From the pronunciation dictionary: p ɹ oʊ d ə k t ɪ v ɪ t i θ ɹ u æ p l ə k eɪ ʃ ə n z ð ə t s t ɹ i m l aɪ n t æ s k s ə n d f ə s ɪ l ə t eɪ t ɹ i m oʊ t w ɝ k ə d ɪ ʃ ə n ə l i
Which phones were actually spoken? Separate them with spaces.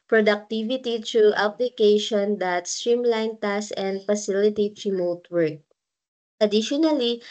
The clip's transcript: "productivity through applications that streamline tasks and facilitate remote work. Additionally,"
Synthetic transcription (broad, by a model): p ɹ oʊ d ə k t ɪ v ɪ t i t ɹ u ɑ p l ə k eɪ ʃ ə n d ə t s t ɹ i m l aɪ n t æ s s ə n d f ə s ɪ l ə t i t ɹ i m oʊ t w ɝ k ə d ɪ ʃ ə n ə l i